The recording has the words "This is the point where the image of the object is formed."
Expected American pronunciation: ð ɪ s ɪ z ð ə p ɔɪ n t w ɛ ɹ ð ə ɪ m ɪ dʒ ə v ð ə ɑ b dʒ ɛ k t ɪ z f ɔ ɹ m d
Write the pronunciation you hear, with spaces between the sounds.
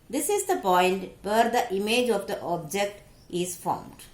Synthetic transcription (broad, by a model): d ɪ s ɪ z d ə p ɔɪ n t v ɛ ɹ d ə ɪ m ɪ dʒ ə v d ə ɑ b dʒ ɛ k t ɪ z f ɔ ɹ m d